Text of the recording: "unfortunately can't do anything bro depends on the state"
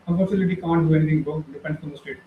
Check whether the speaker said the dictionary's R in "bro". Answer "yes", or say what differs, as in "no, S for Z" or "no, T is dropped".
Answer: no, R is dropped